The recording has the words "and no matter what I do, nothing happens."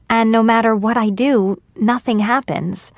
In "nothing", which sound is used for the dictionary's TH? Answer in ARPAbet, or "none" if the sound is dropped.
TH